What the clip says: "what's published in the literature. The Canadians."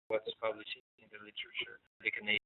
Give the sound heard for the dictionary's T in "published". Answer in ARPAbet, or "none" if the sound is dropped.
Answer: none